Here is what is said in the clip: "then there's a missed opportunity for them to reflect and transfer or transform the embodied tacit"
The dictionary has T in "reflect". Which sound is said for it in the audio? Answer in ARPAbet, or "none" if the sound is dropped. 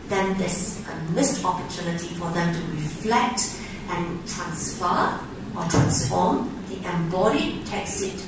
T